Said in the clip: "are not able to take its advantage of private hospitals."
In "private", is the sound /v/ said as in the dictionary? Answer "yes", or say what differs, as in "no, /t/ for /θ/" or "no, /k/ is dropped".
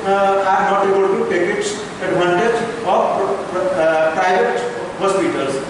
no, /v/ is dropped